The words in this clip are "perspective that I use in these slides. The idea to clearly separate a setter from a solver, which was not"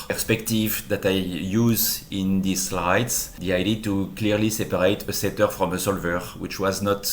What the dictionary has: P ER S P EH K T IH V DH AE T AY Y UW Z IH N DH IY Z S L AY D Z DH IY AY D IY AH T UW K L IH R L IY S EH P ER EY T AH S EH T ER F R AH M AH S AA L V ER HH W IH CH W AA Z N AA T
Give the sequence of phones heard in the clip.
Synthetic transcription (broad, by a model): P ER S P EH K T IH V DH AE T AY Y UW Z IH N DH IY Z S L AY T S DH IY AY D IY T UW K L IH R L IY S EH P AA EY T AH S EH T ER F R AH M AH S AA L V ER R W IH CH W AA Z N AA T